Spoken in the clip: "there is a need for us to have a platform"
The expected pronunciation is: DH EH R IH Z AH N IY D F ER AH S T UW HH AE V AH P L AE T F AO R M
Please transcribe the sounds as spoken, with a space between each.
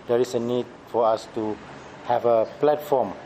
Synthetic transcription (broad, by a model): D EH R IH S AH N IY D F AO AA S T UW HH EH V AH P L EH T F AO M